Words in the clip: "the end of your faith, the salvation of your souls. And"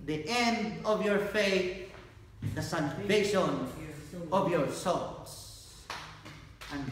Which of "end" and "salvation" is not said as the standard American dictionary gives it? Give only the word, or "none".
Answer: salvation